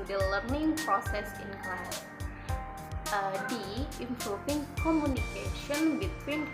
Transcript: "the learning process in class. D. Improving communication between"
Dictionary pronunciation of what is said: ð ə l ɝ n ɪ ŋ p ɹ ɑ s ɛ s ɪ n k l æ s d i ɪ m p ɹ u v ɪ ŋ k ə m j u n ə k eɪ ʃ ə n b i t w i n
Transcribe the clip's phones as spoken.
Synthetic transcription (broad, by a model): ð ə l ɝ n ɪ ŋ p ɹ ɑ s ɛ s ɪ n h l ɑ d i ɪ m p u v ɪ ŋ k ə m j u n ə k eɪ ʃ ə n b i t w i n